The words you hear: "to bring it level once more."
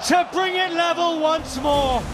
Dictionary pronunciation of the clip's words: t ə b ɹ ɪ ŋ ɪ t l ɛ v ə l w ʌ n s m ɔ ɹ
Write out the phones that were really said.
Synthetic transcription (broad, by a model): t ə b ɹ ɪ ŋ ɪ t l ɛ v ə l w ʌ n s m ɔ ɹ